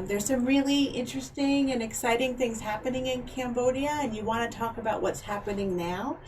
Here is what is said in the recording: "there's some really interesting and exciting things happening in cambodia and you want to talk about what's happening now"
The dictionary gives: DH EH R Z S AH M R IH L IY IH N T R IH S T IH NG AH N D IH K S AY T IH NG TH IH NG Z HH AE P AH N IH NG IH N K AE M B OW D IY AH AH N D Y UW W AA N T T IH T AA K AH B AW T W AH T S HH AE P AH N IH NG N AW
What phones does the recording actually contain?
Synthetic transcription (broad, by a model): DH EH R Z S AH M R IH L IY IH N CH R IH S T IH NG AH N IH K S AY T IH NG TH IH NG Z HH AE P AH N IH NG IH N K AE M B OW D IY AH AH N Y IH W AA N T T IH T AA K AH B AW T W AH T S HH AE P AH N IH NG N AW